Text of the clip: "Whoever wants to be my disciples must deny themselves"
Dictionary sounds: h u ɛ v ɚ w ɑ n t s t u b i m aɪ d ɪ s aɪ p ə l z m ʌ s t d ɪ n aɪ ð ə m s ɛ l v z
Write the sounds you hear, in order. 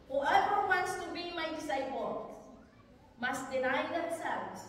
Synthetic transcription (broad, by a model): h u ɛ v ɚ w ɑ n t s t u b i m aɪ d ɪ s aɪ b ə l m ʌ s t d ɪ n aɪ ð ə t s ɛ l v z